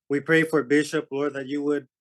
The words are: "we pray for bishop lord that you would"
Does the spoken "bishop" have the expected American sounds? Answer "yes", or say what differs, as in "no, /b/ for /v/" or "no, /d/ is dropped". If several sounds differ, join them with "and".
yes